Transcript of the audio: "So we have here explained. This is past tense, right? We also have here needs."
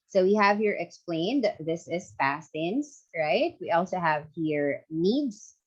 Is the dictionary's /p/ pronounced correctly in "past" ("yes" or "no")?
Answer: no